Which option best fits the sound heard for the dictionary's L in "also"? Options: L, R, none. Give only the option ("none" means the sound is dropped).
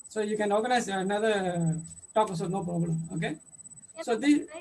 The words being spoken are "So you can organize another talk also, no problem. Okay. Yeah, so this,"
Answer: none